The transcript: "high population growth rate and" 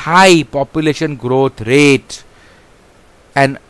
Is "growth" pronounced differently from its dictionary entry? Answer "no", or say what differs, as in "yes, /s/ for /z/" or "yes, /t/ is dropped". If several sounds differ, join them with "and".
yes, /t/ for /θ/